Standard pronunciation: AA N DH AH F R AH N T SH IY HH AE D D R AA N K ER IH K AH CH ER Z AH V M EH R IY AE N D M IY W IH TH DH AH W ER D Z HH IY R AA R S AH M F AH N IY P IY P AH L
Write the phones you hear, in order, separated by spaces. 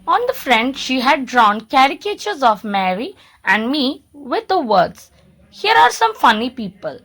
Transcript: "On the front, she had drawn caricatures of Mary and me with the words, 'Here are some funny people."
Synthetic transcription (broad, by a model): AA N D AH F R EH N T SH IY HH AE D D R AA N K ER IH K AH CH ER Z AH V M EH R IY AE N D M IY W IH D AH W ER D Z HH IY R AA R S AH M F AH N IY P IY P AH L